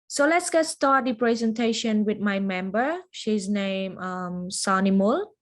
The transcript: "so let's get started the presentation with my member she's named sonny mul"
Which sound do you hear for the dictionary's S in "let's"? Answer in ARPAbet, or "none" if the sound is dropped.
S